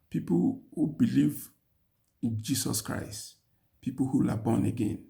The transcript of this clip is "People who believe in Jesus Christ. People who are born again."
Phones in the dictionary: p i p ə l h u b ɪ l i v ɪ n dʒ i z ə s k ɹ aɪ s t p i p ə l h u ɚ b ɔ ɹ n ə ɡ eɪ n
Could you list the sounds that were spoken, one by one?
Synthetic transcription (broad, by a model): p i p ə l h u b ɪ l i v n dʒ i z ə s k ɹ aɪ s t p i p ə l h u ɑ b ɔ n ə ɡ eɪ n